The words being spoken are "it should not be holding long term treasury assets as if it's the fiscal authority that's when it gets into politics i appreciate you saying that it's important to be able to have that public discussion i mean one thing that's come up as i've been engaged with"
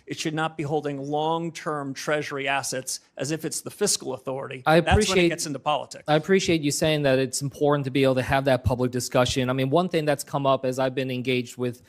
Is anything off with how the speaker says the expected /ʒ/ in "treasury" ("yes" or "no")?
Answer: no